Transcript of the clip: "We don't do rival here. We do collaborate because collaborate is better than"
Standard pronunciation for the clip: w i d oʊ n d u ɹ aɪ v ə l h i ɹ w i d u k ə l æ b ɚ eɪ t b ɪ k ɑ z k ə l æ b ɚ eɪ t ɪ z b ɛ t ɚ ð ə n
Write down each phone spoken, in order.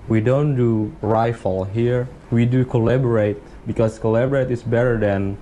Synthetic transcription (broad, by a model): w i d oʊ n d u ɹ aɪ f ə l h i ɹ w i d u k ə l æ b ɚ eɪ t b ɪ k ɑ s k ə l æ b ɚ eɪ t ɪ s b ɛ t ɚ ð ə n